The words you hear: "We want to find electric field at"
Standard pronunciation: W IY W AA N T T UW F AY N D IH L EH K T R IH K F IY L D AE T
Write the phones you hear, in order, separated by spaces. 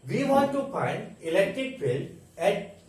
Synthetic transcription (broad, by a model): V IY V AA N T T UW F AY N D IH L EH K T R IH K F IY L AE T